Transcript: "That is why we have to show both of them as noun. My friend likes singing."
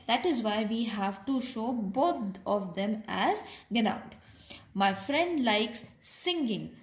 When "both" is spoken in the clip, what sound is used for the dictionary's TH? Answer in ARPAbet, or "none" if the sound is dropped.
T